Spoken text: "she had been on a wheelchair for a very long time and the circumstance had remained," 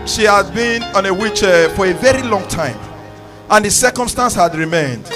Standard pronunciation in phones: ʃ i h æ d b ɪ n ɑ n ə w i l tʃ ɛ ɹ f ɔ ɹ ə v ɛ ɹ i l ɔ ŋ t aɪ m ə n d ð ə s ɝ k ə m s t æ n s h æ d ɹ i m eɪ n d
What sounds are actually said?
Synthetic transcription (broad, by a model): ʃ i h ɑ d b ɪ n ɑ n ə w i tʃ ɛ f ɔ ɹ ə v ɛ ɹ i l ɔ ŋ t aɪ m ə n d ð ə s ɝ k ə m s t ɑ n s h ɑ d ɹ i m eɪ n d